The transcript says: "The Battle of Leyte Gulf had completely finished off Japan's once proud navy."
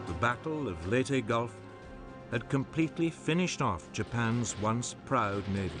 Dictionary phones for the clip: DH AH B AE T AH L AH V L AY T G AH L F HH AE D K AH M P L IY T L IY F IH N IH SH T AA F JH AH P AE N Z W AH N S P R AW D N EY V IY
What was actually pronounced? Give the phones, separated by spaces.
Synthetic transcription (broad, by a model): DH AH B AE T L AH V L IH T G AH L F HH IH D K AH M P L IY T L IY F IH N IH SH T AA F JH AH P AE N Z W AH N S P R AW D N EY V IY